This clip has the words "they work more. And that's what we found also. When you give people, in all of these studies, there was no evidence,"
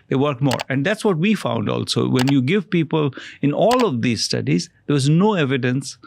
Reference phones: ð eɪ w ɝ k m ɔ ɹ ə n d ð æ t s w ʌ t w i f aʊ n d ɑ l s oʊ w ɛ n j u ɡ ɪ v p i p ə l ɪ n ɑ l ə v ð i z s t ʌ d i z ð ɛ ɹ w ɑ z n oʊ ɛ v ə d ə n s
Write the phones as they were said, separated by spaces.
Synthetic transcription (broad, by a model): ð eɪ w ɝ k m ɔ ɹ ə n d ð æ t s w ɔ t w i f aʊ n d ɑ l s oʊ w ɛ n j u ɡ ɪ v p i p ə l ɪ n ɑ l ə v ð i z s t ʌ d i z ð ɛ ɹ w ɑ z n oʊ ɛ v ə d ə n s